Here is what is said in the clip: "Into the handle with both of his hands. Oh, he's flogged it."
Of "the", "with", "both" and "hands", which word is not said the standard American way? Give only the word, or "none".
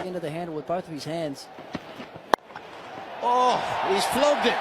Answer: none